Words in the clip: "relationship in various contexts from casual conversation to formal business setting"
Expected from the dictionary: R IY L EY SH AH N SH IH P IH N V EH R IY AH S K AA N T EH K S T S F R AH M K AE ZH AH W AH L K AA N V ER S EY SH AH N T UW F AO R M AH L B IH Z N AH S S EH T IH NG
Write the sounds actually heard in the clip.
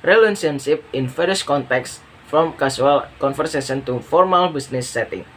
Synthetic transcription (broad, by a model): R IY L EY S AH N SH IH P IH N F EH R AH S K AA N T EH K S S F R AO M K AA S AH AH L K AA N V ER S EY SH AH N T UW F AO R M AH L B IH S N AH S S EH T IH NG